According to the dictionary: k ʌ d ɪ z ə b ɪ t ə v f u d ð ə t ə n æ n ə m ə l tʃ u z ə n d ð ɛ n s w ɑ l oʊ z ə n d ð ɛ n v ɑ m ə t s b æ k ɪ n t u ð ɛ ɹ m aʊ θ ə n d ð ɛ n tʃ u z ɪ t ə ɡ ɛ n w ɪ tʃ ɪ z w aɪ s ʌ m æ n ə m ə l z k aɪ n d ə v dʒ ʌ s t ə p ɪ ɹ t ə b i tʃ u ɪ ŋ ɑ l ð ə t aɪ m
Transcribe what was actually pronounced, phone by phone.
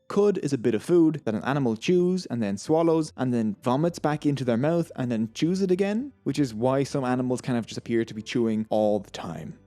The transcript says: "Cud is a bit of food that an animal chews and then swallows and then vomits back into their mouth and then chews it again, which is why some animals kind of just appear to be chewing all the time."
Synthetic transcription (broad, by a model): k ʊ d ɪ z ə b ɪ t ə v f u d ð ə t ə n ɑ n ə m ə l tʃ u z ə n ð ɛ n s w ɑ l oʊ z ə n ð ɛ n v ɑ m ə t s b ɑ k ɪ n t u ð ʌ ɹ m aʊ θ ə n ð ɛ n tʃ u z ɪ t ə ɡ ɛ n w ɪ tʃ ɪ z w aɪ s ʌ m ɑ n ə m ə l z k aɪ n ə v dʒ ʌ s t ə p ɪ ɹ t ə b i tʃ u ɪ ŋ ɑ l ð ə t aɪ m